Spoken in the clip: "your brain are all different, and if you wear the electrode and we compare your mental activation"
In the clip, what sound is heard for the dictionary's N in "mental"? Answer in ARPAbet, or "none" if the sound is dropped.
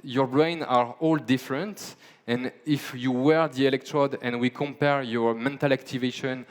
N